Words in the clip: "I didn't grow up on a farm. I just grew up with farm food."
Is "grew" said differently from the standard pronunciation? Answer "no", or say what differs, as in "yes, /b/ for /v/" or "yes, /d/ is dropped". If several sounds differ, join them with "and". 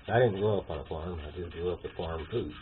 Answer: yes, /ɹ/ is dropped